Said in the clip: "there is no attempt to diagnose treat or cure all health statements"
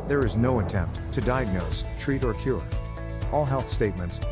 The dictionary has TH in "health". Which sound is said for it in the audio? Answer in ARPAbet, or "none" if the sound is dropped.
TH